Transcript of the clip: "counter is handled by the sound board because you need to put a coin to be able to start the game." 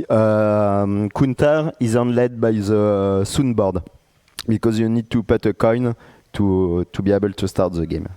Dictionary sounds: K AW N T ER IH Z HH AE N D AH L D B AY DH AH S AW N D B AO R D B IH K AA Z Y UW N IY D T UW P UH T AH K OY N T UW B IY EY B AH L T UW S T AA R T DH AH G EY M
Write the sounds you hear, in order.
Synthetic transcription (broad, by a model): K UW N T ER IH Z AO N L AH D B AY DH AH S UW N B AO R D B IH K AA Z Y UW N IY D T UW P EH T AH K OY N T UW B IY EY B AH L T UW S T AA R T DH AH G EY M